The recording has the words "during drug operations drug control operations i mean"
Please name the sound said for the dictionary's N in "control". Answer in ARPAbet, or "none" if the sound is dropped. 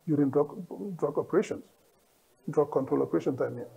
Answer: N